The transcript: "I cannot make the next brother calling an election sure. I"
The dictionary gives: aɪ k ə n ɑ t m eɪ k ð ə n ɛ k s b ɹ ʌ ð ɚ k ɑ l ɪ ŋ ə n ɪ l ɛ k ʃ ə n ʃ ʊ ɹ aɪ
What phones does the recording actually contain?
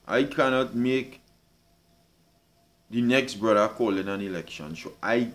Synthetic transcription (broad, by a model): aɪ k ə n ɑ t m eɪ k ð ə n ɛ k s b ɹ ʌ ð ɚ k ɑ l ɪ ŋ ə n ɪ l ɛ k ʃ ə n s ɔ aɪ